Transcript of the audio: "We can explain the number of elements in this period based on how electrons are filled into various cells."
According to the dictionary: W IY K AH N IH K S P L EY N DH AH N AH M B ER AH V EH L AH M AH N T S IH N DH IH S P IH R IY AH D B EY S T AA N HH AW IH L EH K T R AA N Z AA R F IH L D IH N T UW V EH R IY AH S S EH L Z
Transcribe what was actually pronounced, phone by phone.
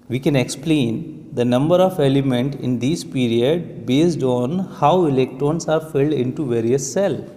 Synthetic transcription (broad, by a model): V IY K AH N IH K S P L EY N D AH N AH M B ER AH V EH L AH M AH N T IH N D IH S P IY R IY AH D B EY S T AA N HH AW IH L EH K T R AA N S AA R F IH L D IH N T UW V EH R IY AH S S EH L